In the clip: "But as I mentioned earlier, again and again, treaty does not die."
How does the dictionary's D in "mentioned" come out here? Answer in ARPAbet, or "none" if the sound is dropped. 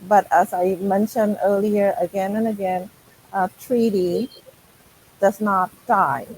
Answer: D